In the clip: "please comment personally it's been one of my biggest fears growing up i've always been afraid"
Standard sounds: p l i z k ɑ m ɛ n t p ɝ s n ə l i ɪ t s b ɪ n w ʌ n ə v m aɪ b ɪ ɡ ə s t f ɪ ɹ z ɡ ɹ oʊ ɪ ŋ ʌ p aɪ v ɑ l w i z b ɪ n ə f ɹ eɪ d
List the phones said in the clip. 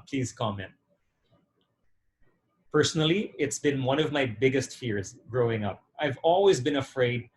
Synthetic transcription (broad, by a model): p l i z k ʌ m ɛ n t p ɝ s n l i ɪ t s b ɪ n w ʌ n ə v m aɪ b ɪ ɡ ə s t f ɪ ɹ z ɡ ɹ oʊ ɪ ŋ ʌ p aɪ v ɑ l w i z b ɪ n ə f ɹ eɪ d